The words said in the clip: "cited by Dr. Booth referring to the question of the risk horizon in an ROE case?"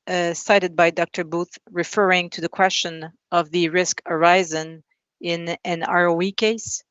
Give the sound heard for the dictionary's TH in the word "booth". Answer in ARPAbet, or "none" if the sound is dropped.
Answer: TH